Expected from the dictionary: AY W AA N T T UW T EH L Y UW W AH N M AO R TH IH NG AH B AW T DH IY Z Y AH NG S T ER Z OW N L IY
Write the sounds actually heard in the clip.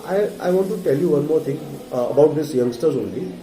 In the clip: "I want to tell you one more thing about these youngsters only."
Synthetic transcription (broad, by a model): AY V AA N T T UW T EH L Y UW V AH N M AO R T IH NG AH B AW T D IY S Y AH NG S T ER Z OW N L IY